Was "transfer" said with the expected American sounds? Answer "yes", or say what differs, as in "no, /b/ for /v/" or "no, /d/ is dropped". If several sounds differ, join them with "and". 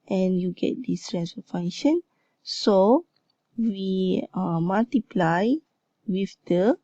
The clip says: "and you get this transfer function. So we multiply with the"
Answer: no, /f/ is dropped